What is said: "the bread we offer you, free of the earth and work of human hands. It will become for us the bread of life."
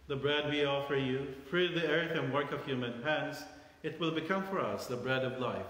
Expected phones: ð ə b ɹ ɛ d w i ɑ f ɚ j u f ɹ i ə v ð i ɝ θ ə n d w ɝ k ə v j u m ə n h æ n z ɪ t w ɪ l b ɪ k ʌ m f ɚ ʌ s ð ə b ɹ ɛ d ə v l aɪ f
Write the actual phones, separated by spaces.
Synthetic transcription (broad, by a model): ð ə b ɹ ɛ d w i ɑ f ɚ j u f ɹ i ə v ð i ɝ θ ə n w ɝ k ə v j u m ə n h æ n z ɪ t w ɪ l b ɪ k ʌ m f ɚ ʌ s ð ə b ɹ ɛ d ə v l aɪ f